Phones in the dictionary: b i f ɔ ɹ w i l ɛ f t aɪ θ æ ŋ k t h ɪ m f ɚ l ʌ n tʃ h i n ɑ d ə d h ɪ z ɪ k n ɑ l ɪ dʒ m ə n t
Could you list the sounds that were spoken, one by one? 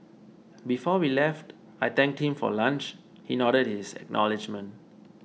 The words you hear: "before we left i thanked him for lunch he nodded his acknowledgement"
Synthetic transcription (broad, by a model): b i f ɔ w i l ɛ f t aɪ t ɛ ŋ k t h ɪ m f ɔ l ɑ n tʃ h i n ɑ d ə d h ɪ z ɪ k n ɑ l ɪ dʒ m ə n t